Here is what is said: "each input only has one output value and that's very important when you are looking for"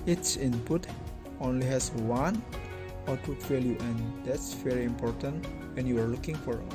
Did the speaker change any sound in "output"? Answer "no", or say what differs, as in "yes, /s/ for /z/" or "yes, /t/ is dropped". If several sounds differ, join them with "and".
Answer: yes, /p/ is dropped